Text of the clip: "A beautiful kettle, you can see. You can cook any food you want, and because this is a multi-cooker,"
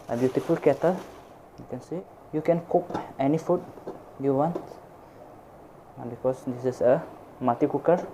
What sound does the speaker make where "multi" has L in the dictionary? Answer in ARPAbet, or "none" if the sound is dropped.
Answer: none